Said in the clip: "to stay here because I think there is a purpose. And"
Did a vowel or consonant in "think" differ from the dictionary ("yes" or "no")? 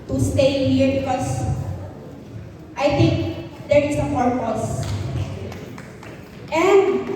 yes